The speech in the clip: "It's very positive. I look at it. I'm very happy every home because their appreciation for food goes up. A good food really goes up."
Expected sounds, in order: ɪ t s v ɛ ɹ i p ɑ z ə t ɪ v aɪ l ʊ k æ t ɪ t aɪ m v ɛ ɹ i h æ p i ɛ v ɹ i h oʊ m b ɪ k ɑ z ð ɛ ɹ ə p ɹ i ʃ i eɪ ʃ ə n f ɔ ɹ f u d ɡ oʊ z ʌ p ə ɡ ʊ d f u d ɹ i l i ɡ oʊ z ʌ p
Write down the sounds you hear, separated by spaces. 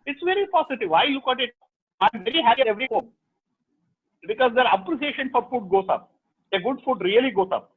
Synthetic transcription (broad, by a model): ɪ t s v ɛ ɹ i p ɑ s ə t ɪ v aɪ l ʊ k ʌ t ɪ t aɪ m v ɛ ɹ i h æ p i ɛ v ɹ i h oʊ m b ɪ k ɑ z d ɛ ɹ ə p ɹ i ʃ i eɪ ʃ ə n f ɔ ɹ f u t ɡ oʊ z ʌ p ə ɡ ʊ d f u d ɹ i l i ɡ oʊ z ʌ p